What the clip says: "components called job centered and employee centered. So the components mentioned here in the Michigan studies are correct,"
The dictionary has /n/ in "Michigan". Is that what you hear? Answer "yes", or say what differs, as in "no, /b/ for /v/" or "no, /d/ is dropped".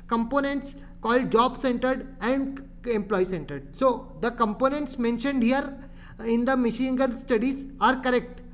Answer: no, /l/ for /n/